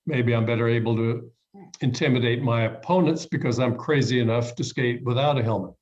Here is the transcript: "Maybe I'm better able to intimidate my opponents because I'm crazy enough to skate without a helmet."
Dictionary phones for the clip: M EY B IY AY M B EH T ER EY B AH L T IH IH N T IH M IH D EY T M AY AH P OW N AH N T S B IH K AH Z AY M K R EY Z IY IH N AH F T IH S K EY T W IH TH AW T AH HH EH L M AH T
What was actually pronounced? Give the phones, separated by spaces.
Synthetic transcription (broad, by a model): M EY B IY AY M B EH T ER EY B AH L T IH IH N T IH M IH D EY T M AY AH P OW N AH N T S B IH K AH Z AY M K R EY Z IY IH N AH F T IH S K EY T W IH TH AW T AH HH EH L M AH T